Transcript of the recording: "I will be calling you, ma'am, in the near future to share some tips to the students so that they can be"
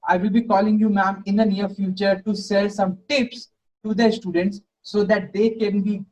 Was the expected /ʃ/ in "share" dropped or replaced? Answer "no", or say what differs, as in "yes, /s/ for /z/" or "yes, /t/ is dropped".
yes, /s/ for /ʃ/